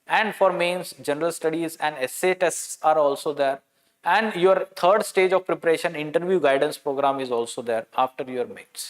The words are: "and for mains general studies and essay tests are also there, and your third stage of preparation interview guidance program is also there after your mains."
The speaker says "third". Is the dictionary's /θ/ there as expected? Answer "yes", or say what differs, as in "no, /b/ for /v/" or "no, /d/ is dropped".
no, /t/ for /θ/